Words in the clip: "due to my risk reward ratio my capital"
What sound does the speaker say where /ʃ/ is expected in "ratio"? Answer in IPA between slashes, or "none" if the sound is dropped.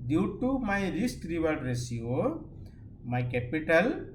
/s/